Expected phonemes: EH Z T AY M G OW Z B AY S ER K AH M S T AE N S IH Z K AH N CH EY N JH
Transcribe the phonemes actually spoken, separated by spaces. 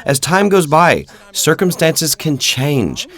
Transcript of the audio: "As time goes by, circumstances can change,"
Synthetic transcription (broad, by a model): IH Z T AY M G OW Z B AY S ER K AH M S T AE N S IH Z K AH N CH EY N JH